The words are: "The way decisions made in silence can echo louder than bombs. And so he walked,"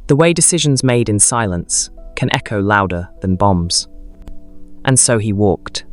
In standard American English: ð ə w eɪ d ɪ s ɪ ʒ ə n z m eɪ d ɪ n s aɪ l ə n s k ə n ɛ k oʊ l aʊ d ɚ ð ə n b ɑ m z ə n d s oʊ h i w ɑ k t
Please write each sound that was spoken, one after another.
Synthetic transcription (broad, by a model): ð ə w eɪ d ɪ s ɪ ʒ ə n z m eɪ d ɪ n s aɪ l ə n s k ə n ɛ k oʊ l aʊ d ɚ ð ə n b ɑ m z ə n s oʊ i w ɑ k t